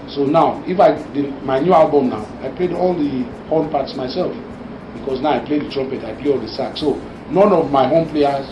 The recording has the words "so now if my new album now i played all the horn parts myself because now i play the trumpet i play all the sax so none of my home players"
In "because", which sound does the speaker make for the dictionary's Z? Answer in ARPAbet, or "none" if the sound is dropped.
S